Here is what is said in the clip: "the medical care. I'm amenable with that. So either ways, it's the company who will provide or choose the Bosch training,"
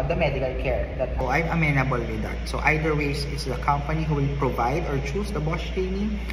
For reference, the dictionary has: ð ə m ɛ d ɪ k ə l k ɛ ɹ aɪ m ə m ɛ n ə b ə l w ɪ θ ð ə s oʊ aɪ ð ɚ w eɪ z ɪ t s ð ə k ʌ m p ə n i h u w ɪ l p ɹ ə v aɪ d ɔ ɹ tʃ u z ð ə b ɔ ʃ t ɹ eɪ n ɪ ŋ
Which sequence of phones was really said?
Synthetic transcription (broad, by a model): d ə m ɛ d ɪ k ə l k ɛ ɹ aɪ m ə m ɛ n ə b ə l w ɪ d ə s oʊ aɪ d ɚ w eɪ s ɪ t s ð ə k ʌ m p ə n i h u w ɪ l p ɹ ə v aɪ d ɔ ɹ tʃ u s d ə b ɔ s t ɹ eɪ n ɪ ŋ